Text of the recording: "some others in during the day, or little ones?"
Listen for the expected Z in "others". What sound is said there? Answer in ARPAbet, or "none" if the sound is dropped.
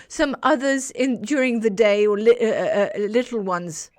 Z